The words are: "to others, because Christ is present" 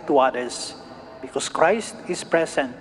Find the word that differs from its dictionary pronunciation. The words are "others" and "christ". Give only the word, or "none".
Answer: others